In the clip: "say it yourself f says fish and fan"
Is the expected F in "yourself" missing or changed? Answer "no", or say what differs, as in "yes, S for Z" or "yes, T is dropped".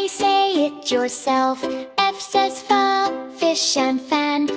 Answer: no